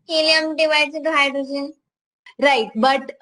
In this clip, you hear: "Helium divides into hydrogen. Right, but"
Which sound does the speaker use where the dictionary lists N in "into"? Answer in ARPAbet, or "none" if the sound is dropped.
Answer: none